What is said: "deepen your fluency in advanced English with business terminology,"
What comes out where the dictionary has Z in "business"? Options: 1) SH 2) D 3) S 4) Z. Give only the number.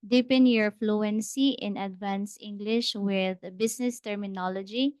3